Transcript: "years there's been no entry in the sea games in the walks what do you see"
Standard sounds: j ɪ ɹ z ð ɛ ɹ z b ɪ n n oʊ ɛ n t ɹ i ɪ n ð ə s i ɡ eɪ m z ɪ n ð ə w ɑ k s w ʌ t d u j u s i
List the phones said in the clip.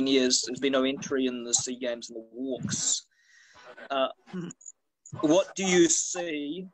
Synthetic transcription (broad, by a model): j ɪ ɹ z ð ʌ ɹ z b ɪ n n oʊ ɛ n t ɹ i ɪ n ð ə s i ɡ eɪ m z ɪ n ð ə w ɑ k s w ʌ t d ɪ j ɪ s i